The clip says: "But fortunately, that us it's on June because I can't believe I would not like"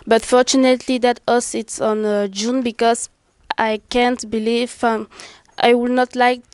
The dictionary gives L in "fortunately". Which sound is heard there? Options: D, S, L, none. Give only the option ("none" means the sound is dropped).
L